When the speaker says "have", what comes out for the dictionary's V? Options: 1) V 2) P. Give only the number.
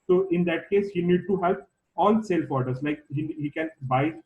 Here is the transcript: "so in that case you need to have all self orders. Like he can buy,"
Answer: 2